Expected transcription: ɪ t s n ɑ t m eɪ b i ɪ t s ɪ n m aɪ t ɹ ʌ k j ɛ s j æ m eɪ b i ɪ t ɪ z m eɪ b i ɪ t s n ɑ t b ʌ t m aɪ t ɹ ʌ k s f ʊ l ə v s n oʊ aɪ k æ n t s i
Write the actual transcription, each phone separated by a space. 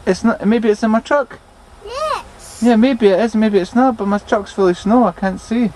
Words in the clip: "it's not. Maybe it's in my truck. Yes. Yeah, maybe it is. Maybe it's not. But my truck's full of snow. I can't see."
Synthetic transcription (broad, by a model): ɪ t s n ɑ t m eɪ b i ɪ t s ɪ n m aɪ t ɹ ʌ k j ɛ j æ m eɪ b i ɪ t ɪ z m eɪ b i ɪ t s n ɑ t b ʌ t m aɪ t ɹ ʌ k s f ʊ l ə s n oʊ aɪ k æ n t s i